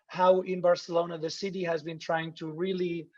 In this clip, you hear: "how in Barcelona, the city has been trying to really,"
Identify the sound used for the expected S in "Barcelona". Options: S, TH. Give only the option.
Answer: S